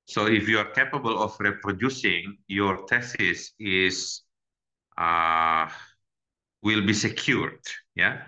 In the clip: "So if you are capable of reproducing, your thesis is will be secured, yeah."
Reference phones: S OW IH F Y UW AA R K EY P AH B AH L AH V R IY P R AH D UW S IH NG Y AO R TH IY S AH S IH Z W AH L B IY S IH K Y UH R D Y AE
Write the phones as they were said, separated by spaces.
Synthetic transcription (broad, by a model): S OW IH F Y UW AA R K EY P AH B AH L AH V R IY P R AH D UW S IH NG Y AO R T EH S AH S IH S W AH L B IY S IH K Y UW R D Y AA